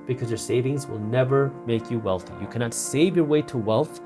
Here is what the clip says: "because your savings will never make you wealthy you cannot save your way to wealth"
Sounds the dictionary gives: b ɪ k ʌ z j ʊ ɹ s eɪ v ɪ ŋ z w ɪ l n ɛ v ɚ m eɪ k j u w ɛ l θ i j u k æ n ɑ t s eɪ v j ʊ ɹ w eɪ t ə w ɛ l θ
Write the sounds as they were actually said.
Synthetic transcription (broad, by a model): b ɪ k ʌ z j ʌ ɹ s eɪ v ɪ ŋ z w ɪ l n ɛ v ɚ m eɪ k j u w ɛ l θ i j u k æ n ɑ t s eɪ v j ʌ ɹ w eɪ t ə w ɛ l θ